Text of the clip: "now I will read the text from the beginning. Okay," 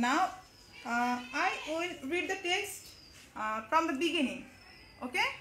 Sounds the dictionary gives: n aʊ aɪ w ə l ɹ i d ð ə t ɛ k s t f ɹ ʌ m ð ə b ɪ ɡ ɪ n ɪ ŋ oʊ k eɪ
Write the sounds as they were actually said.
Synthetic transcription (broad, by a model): n aʊ aɪ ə n ɹ i d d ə t ɛ k s t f ɹ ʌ m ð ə b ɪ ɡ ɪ n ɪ ŋ oʊ k eɪ